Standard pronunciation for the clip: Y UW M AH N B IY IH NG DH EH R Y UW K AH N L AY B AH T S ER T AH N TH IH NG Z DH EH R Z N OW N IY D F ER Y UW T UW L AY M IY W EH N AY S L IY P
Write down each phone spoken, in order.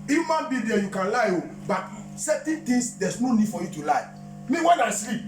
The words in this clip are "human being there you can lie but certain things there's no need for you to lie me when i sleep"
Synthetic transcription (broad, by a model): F M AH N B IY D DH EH Y UW K AH N L AY B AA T S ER T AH N T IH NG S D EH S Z N OW N IY D F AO Y UW T UW L AY M IY W EH N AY S L IY P